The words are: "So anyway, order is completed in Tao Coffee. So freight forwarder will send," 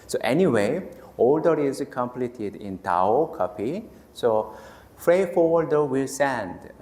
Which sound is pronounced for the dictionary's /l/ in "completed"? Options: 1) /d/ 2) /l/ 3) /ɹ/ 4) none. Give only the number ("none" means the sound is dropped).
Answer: 2